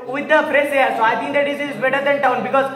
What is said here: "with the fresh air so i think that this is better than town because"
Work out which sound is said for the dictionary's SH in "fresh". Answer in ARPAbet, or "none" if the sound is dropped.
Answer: S